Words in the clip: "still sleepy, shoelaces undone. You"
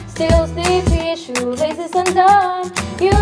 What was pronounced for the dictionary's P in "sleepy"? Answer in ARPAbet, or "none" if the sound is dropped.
none